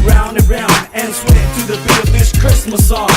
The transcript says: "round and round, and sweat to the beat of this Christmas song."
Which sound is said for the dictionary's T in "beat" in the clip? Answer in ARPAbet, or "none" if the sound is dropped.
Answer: none